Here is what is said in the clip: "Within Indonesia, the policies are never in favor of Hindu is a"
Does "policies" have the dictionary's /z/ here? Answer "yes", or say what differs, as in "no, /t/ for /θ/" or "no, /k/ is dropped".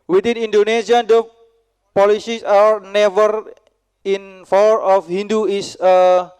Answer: no, /s/ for /z/